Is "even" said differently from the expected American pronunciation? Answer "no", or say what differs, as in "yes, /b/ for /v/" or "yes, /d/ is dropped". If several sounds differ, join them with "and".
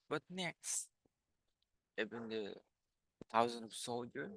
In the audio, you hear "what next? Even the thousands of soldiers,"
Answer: yes, /b/ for /v/